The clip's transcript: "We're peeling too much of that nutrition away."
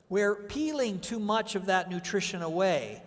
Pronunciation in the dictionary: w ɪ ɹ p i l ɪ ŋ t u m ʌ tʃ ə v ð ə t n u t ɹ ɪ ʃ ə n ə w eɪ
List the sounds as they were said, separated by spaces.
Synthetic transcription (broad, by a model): w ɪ ɹ p i l ɪ ŋ t u m ʌ tʃ ə v ð ə t n u t ɹ ɪ ʃ ə n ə w eɪ